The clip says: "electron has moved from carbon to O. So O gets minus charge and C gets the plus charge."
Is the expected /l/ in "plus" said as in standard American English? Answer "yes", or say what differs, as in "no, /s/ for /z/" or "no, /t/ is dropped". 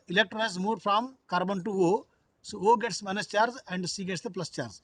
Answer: yes